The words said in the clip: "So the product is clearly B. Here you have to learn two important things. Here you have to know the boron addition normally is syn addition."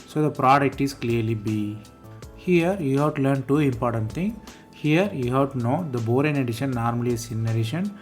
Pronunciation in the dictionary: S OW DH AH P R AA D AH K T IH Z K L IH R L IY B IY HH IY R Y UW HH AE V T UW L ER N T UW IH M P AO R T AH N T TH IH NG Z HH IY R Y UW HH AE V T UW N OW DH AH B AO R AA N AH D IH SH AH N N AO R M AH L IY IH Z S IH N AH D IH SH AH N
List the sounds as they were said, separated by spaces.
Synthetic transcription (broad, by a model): S OW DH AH P R AA D AH K T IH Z K L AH R L IY B IY HH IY R Y UW HH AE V T UW L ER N T UW IH M P AO R T AH N T T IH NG HH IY R Y UW HH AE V T UW N OW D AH B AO R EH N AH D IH SH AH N N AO R M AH L IY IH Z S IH N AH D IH SH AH N